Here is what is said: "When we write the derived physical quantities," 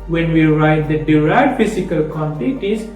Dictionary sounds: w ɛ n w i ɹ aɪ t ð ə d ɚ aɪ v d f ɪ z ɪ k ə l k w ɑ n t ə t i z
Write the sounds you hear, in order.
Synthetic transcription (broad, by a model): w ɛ n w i ɹ aɪ t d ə d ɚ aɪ d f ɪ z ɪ k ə l k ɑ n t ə t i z